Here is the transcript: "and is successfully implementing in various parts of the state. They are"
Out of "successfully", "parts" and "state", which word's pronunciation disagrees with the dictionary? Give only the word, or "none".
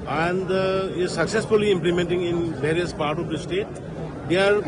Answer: parts